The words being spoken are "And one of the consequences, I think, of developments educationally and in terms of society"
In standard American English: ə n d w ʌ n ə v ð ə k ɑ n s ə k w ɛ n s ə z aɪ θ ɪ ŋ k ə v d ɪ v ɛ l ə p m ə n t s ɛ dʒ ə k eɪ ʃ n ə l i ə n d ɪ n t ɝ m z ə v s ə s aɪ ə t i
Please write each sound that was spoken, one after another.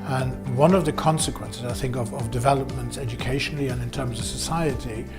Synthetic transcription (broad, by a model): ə n w ʌ n ə v ð ə k ɑ n s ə k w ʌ n s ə z aɪ θ ɪ ŋ k ə v d ɪ v ɛ l ə p m ə n t s ɛ dʒ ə k eɪ ʃ n l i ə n ɪ n t ɝ m z ə v s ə s aɪ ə t i